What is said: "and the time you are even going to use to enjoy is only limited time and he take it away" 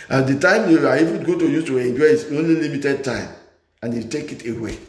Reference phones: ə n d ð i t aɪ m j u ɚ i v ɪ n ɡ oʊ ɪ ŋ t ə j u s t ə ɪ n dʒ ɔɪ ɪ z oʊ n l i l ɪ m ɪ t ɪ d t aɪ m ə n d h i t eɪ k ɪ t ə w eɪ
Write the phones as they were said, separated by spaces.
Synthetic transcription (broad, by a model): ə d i t aɪ m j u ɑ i f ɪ ɡ oʊ t ə j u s t ə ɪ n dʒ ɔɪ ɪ s oʊ n l i l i m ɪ t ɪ d t aɪ m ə n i t eɪ k ɪ t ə w eɪ